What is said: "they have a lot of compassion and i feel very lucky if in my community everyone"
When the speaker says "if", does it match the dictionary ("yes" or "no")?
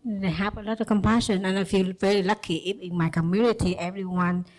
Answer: no